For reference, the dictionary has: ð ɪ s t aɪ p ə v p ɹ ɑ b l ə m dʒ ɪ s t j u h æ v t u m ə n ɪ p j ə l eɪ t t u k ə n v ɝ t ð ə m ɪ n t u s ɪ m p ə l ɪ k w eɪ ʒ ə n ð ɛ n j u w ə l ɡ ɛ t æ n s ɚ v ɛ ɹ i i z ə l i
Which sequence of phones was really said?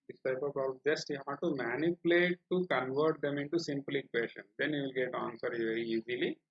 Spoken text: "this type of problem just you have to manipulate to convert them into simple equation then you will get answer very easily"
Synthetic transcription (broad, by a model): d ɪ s t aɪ ə p ɑ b ə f dʒ ɪ s t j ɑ t u m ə n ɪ p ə l eɪ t t u k ə n v ɝ t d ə m ɪ n t u s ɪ m p l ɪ k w eɪ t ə n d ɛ n j u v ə l ɡ ɛ t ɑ n s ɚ v ɛ ɹ i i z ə l i